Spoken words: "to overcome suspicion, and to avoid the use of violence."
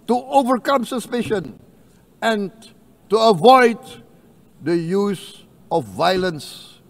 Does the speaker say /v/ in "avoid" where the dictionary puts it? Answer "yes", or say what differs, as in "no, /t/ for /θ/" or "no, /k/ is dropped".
yes